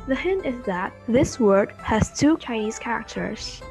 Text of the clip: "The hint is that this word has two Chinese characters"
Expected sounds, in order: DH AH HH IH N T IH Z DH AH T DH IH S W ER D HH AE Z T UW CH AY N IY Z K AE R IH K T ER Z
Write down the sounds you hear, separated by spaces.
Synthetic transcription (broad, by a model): DH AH HH IH N T IH Z DH AH T DH IH S W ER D HH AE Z T UW CH AY N IY Z K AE R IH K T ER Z